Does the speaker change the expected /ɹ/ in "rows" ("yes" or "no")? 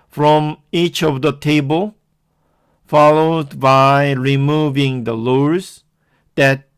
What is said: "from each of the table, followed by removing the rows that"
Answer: yes